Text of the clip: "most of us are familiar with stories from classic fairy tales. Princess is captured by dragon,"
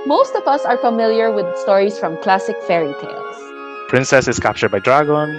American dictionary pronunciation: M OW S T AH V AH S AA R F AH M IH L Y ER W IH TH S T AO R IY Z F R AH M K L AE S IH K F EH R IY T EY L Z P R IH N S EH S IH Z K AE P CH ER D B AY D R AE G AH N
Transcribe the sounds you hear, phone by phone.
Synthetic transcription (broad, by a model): M OW S T AH V AH S AA R F AH M IH L Y ER W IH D S T AO R IY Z F R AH M K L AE S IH K F EH R IY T EY L S P R IH N S EH S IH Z K AE P CH ER D B AY D R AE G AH N